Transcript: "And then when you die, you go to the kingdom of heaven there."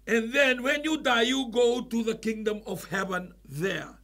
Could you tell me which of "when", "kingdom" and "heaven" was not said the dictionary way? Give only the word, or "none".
none